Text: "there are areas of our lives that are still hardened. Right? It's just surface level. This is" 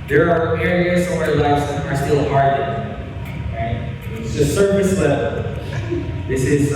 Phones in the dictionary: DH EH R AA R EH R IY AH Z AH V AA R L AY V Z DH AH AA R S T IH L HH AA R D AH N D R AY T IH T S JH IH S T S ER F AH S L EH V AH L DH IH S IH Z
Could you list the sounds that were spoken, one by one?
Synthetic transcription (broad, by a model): DH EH R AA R EH R IY AH Z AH W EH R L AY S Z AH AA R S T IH L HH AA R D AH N R AY T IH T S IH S S ER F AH S L EH V AH L DH IH S IH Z